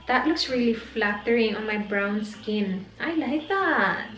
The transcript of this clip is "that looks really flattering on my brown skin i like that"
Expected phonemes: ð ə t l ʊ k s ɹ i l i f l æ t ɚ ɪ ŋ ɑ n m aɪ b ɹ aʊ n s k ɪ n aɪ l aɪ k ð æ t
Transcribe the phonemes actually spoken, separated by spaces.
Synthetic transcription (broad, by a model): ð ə t l ʊ k s ɹ i l i f l æ t ɚ ɪ ŋ ɑ n m aɪ b ɹ aʊ n s k ɪ n aɪ l aɪ k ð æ t